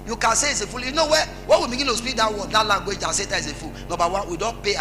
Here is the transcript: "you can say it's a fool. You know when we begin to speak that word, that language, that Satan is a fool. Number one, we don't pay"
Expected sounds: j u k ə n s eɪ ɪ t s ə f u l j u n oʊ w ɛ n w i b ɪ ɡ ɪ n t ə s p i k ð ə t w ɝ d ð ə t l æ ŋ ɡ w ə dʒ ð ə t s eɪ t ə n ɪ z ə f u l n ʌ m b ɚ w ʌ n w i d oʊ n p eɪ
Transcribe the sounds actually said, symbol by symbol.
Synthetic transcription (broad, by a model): j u k ə n s eɪ ɪ t s ə f u l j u n oʊ w ɛ n w i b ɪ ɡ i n t ə s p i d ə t w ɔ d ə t l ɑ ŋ ɡ w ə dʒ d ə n s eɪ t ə ɪ s ə f u l n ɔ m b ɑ w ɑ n w i d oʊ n p eɪ